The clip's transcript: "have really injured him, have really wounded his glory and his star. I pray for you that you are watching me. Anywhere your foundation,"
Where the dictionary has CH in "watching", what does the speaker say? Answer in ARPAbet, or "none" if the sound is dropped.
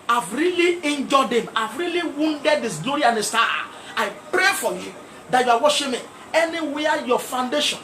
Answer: SH